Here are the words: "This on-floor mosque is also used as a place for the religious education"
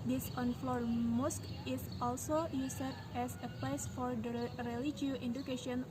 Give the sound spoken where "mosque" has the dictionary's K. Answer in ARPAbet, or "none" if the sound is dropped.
K